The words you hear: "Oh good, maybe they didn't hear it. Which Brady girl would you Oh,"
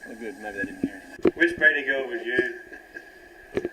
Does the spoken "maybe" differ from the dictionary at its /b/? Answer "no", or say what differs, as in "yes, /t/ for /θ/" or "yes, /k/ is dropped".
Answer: yes, /b/ is dropped